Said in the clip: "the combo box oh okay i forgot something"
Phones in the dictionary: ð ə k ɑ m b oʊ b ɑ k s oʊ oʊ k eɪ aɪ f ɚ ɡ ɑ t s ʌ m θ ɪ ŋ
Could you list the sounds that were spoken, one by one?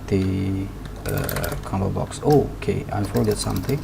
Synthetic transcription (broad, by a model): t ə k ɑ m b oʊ b ɑ k s oʊ oʊ k eɪ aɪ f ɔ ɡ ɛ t s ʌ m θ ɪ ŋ